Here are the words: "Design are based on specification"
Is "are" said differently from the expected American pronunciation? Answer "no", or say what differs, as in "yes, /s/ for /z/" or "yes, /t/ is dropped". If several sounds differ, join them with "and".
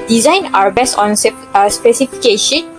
yes, /w/ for /ɹ/